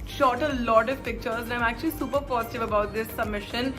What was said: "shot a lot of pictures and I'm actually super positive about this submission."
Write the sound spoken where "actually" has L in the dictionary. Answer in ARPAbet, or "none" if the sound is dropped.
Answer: L